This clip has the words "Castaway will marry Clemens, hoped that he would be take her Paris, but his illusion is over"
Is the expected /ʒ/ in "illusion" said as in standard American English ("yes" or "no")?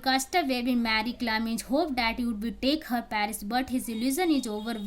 no